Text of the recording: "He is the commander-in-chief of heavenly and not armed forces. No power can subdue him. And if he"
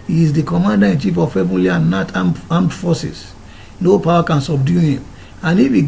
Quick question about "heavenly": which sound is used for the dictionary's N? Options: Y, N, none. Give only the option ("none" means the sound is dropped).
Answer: none